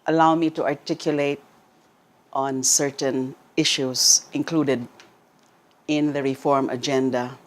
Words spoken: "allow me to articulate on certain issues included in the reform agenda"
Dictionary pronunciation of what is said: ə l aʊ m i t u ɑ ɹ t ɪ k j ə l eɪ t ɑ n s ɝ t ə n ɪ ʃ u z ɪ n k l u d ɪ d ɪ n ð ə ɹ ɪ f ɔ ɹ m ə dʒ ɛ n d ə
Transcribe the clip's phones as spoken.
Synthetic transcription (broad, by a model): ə l aʊ m i t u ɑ ɹ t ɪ k j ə l eɪ t ɑ n s ɝ t ə n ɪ ʃ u s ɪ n k l u d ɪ d ɪ n ð ə ɹ ɪ f ɔ ɹ m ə dʒ ɛ n d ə